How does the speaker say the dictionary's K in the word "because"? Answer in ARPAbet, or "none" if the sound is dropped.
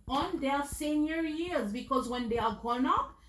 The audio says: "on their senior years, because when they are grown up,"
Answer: K